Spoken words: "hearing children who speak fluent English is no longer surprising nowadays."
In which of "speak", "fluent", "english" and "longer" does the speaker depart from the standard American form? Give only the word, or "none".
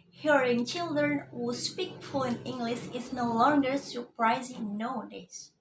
fluent